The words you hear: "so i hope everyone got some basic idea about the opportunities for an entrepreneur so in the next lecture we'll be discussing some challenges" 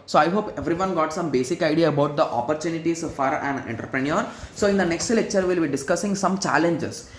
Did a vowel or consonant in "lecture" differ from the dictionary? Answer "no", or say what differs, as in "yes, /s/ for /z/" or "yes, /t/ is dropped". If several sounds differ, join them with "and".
no